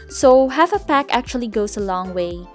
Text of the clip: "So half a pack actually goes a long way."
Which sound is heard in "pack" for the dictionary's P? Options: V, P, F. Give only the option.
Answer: P